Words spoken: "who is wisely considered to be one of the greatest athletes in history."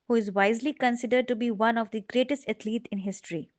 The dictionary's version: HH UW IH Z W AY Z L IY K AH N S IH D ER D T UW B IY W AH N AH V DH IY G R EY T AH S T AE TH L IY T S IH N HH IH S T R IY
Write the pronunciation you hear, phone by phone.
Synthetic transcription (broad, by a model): HH UW IH Z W AY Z L IY K AH N S IH D ER D T UW B IY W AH N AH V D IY G R EY T AH S T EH T L IY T IH N HH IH S T R IY